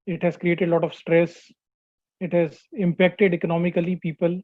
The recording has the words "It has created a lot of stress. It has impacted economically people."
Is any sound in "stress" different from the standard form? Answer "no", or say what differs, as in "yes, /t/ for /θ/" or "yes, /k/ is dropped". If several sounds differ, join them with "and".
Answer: no